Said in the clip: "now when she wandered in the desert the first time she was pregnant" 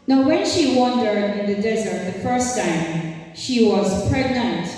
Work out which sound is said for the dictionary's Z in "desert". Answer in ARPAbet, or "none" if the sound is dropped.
Z